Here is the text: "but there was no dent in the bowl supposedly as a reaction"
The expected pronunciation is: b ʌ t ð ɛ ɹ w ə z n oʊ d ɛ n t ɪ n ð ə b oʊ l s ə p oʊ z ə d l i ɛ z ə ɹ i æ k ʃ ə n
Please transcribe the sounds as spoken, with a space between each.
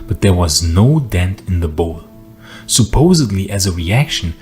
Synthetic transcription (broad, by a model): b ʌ t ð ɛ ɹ w ə z n oʊ d ɛ n t ɪ n ð ə b oʊ l s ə p oʊ z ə d l i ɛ z ə ɹ i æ k ʃ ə n